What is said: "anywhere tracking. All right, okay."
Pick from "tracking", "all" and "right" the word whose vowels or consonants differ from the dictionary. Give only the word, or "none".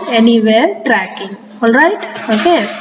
none